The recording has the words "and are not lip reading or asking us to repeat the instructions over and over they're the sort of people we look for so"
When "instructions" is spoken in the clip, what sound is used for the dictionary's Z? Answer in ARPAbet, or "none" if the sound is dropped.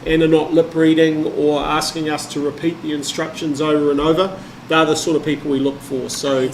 Z